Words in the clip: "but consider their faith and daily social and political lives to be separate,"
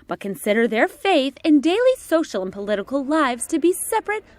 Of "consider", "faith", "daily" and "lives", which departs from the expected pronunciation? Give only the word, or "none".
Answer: none